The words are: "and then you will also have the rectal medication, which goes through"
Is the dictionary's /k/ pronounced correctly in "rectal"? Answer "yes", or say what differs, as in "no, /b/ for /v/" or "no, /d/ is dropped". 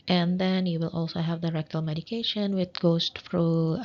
yes